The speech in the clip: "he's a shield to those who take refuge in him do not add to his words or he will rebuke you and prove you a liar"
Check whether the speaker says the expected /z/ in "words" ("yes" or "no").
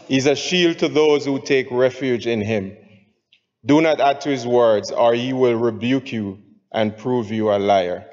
yes